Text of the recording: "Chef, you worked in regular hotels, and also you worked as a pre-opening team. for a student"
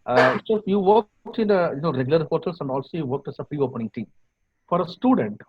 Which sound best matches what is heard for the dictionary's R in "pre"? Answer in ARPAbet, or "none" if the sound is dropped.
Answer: R